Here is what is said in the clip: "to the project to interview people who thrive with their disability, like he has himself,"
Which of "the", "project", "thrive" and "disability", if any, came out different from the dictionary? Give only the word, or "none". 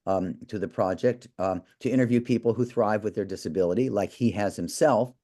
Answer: none